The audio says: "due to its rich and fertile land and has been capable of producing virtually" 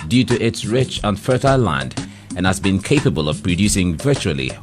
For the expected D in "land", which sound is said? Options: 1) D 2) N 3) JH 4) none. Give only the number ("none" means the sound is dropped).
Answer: 1